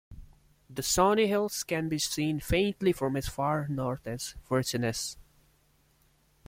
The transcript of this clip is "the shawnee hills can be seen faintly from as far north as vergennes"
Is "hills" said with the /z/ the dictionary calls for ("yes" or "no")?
no